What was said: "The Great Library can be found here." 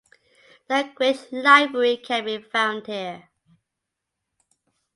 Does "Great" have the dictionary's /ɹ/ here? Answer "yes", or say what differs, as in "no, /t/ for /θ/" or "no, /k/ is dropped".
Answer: no, /w/ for /ɹ/